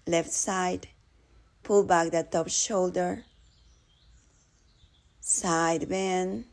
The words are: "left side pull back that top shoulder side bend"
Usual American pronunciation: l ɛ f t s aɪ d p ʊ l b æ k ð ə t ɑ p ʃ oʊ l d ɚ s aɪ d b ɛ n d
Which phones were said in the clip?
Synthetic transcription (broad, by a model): l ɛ f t s aɪ d p ʊ l b æ k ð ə t ɑ p ʃ oʊ l d ɚ s aɪ d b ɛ n